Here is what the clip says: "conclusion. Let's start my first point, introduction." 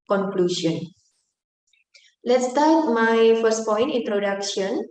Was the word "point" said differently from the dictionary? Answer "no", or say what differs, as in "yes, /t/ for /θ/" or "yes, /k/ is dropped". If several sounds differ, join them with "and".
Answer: no